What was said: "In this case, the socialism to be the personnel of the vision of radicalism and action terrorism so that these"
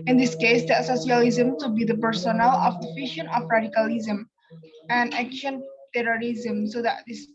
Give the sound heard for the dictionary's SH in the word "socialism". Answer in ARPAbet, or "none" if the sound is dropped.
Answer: S